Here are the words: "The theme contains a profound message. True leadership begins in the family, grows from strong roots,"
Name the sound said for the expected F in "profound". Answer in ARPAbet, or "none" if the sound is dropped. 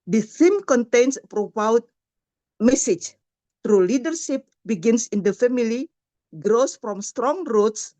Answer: P